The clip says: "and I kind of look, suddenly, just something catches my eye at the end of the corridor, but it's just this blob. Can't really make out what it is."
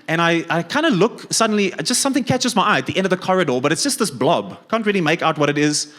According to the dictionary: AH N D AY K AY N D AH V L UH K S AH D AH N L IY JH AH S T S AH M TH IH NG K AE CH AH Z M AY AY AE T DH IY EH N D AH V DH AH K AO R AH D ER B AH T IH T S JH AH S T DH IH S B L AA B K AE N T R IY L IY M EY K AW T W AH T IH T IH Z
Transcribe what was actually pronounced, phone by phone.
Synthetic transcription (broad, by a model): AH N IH AY K AY N D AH L UH K S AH D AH N L IY JH AH S T S AH M TH IH NG K AE CH AH Z M AY AY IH T DH IY EH N D AH V DH AH K AO R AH D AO B AH T IH T S JH AH S T DH IH S B L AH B K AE N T R IY L IY M EY K AW T W AH T IH T IH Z